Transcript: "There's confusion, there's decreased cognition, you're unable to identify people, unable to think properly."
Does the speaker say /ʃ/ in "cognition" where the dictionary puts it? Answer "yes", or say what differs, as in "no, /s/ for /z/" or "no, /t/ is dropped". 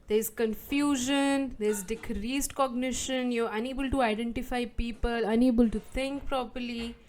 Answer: yes